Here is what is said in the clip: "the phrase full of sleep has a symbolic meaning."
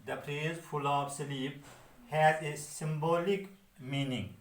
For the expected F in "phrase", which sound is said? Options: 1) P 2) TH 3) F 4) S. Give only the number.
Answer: 1